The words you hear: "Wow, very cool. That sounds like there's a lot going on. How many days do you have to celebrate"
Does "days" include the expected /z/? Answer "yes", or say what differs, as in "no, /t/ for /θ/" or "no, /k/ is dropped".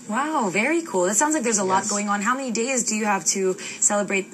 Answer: yes